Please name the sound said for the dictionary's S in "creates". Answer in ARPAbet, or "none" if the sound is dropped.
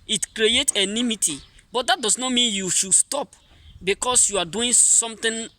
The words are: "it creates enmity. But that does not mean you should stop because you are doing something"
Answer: none